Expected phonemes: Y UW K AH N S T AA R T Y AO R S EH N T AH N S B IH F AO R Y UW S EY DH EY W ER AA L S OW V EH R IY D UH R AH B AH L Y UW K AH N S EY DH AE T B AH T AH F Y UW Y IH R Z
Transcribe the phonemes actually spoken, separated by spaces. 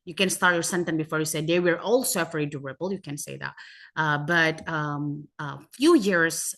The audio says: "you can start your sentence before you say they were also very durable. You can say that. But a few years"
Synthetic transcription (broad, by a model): Y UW K AH N S T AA R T Y AO R S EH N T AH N B IH F AO R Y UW S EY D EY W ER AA L S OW F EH R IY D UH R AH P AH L Y UW K AH N S EY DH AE T B AH T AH F Y UW Y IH R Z